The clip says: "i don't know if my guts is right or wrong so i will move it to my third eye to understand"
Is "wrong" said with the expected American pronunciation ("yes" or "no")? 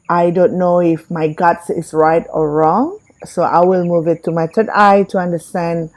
yes